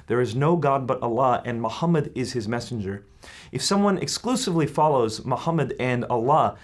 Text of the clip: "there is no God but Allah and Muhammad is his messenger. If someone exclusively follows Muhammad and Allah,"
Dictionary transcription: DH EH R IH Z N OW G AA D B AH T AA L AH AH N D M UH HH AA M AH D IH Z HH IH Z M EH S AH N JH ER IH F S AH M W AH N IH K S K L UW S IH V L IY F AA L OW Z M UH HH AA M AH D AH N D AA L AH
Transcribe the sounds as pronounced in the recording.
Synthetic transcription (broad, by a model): DH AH R IH Z N OW G AA D B AH T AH L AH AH N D M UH HH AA M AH D IH Z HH IH Z M EH S N JH ER IH F S AH M W AH N IH K S K L UW S IH V L IY F AA L OW Z M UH HH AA M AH D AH N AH L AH